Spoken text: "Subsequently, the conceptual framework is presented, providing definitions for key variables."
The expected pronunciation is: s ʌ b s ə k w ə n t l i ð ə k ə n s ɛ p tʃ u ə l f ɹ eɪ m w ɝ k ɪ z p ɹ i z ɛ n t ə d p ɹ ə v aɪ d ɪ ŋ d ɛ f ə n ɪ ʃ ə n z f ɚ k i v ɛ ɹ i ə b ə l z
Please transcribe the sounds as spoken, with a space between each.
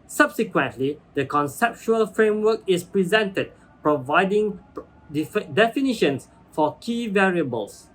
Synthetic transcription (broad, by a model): s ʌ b s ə k w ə n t l i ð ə k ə n s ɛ p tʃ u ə l f ɹ eɪ m w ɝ k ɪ s p ɹ i z ɛ n t ə d p ɹ ə v aɪ d ɪ ŋ d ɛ f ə n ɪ ʃ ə n s f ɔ k i v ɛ ɹ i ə b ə l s